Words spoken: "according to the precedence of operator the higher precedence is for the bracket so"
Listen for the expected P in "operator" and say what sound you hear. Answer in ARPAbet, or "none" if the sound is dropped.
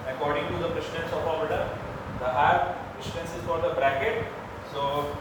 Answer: none